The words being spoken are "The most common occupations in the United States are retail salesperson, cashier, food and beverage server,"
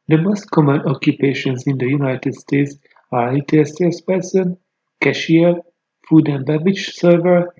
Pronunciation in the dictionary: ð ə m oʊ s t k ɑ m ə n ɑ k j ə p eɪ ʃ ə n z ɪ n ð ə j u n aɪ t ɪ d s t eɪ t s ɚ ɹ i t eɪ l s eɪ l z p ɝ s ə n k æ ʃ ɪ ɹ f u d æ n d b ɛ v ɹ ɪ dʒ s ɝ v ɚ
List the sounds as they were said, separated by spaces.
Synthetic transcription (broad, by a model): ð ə m oʊ s t k ɑ m ə n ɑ k j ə p eɪ ʃ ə n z ɪ n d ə j u n aɪ t ɪ d s t eɪ t s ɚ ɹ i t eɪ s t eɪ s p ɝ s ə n k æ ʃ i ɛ f u d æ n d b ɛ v ɪ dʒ s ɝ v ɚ